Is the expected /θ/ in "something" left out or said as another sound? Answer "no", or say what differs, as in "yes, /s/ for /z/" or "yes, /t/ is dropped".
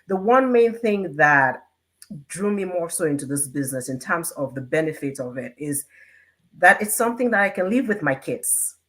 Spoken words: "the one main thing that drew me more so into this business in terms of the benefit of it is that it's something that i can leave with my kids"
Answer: no